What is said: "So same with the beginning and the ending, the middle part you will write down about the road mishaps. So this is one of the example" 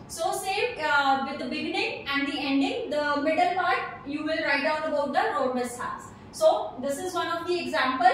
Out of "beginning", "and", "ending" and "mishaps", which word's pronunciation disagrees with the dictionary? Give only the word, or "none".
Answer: mishaps